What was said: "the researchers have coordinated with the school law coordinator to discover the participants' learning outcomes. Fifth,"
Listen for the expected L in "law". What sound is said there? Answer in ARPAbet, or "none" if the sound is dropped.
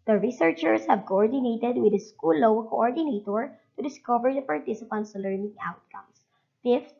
W